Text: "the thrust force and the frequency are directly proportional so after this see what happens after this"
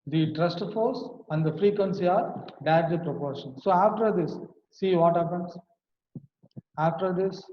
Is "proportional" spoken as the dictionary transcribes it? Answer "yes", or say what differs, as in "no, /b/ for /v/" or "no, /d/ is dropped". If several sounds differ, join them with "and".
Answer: no, /n/ is dropped and /n/ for /l/